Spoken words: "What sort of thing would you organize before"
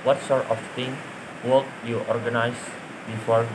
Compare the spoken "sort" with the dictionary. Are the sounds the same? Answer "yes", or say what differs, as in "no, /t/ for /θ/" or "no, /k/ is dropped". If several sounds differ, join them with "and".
yes